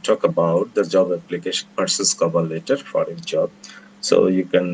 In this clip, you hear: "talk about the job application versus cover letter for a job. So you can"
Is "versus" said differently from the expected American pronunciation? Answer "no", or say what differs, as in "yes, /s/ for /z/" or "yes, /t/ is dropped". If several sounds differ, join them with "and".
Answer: yes, /p/ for /v/